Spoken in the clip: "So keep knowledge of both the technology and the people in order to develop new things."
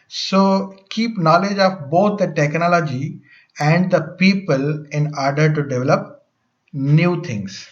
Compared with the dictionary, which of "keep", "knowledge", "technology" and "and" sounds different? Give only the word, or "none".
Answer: none